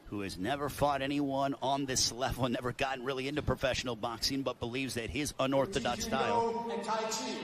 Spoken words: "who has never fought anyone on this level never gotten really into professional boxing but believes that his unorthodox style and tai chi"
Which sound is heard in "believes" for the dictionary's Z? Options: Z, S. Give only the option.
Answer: Z